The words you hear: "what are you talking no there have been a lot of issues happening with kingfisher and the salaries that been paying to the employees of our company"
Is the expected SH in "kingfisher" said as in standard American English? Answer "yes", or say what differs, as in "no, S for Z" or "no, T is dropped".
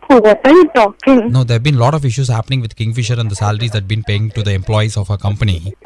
yes